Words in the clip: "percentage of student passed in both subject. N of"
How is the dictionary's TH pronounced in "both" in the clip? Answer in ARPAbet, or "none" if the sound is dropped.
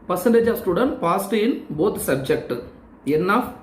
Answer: T